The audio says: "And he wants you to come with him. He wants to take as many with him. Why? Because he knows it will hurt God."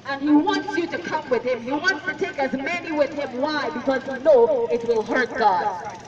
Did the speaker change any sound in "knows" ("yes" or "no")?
yes